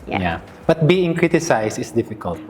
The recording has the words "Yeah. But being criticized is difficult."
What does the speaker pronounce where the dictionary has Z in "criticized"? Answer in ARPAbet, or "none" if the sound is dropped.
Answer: S